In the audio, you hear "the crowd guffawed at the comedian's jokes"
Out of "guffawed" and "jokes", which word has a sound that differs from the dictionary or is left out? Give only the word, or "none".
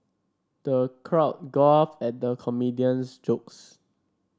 guffawed